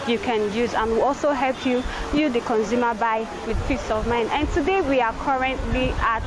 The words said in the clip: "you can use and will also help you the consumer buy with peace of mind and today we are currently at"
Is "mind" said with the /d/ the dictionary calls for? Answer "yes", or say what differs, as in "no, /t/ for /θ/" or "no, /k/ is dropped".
no, /d/ is dropped